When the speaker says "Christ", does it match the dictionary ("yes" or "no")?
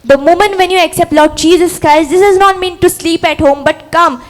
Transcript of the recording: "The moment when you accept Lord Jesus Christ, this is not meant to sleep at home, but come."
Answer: no